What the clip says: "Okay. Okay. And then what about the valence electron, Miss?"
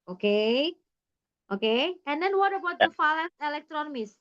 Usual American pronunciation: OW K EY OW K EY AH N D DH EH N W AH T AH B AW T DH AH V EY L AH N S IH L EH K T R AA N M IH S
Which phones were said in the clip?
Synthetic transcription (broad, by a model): OW K EY OW K EY AH N D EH N W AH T AH B AW T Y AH F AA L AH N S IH L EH K T R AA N M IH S